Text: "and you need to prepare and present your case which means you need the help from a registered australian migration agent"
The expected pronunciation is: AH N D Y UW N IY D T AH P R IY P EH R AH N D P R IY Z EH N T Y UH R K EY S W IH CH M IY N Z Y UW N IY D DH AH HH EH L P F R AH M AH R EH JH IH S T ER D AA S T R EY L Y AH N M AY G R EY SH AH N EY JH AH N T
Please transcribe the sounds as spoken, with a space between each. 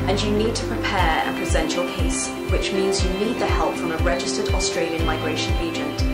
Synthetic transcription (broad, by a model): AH N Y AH N IY D T AH P R IY P EH R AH P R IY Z EH N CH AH L K EY S W IH CH M IY N Z Y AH N IY D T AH HH EH L P F R AH M AH R EH JH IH S T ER D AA S T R EY L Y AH N M AY G R EY SH AH N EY JH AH N T